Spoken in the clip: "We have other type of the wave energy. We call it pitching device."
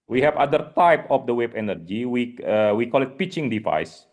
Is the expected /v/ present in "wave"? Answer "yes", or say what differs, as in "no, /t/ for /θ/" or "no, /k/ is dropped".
no, /b/ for /v/